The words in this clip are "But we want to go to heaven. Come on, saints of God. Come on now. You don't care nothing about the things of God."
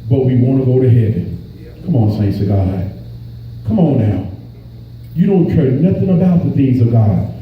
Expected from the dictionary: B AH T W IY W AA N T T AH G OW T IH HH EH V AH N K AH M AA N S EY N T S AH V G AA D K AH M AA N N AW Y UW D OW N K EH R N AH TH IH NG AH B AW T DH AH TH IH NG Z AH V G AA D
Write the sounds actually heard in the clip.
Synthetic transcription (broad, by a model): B AH T W IY W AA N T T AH G OW T IH HH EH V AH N K AH M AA N S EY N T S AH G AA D K AH M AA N N AW Y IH D OW N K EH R N AH TH IH NG AH B AW T DH AH TH IH NG Z AH V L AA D